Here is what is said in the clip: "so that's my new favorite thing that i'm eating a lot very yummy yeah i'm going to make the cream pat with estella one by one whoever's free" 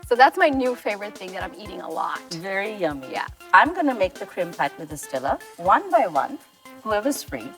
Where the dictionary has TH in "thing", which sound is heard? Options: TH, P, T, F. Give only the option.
TH